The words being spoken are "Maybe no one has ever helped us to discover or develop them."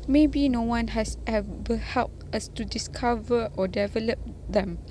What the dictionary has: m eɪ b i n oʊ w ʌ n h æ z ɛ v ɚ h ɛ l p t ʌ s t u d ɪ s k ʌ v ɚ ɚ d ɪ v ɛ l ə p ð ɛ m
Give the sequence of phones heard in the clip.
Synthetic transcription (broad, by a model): m eɪ b i n oʊ w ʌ n h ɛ s ɛ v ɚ h ɛ l p t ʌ s t u d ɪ s k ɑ v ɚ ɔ d ɪ v ɛ l ə p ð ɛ m